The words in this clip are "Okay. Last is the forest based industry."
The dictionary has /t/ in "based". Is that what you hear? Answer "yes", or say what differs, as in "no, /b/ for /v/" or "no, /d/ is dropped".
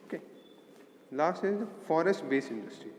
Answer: no, /t/ is dropped